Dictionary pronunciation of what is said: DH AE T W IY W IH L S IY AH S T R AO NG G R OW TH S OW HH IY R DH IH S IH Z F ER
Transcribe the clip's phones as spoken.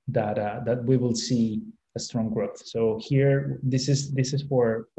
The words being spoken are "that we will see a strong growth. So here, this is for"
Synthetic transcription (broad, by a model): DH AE T W IY W IH L S IY AH S T R AO NG G R OW TH S OW HH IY R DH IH S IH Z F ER